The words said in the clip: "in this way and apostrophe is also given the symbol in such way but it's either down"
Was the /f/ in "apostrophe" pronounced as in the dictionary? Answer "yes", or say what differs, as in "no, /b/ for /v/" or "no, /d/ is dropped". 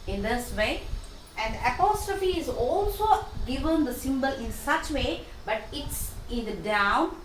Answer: yes